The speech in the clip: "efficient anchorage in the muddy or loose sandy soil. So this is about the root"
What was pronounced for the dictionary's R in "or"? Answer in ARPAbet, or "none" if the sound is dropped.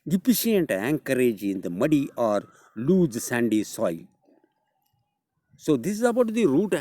R